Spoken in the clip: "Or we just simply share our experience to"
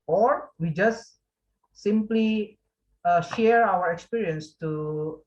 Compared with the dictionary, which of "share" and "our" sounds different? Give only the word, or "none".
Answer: none